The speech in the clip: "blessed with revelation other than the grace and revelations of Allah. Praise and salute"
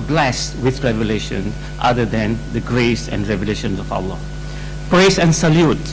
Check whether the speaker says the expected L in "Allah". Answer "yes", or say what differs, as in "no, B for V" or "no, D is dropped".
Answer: no, W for L